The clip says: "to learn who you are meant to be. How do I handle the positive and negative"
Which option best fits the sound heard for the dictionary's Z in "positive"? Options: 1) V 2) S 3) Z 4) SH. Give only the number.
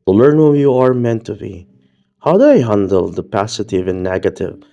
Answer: 2